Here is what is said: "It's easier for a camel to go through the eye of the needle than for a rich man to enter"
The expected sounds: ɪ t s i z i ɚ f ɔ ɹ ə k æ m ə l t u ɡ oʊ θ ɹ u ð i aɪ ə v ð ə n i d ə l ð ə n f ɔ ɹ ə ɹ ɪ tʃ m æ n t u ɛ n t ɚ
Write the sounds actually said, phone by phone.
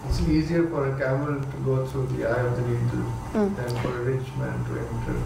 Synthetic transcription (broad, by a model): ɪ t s i z i ɚ f ɔ ɹ ə k æ m ə l t u ɡ oʊ t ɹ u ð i aɪ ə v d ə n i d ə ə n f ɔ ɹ ə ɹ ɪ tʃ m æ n t u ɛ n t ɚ